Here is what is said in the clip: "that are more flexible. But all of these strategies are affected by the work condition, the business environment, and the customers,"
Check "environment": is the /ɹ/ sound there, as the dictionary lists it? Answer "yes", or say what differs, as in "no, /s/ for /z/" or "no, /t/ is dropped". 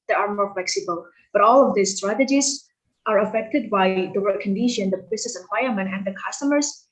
no, /ɹ/ is dropped